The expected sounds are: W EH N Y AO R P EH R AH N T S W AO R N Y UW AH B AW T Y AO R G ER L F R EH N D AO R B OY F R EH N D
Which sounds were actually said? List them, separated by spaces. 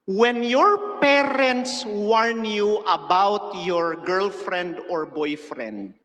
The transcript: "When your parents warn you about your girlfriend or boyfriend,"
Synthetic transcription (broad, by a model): W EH N Y AO R P EH R AH N T S W AO R N Y UW AH B AW T Y AO R G ER L F R EH N D AO R B OY F R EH N D